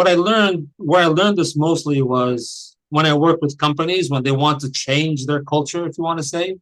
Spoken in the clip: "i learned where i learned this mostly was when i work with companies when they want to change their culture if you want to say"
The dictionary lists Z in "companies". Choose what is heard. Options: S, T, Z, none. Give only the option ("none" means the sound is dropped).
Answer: Z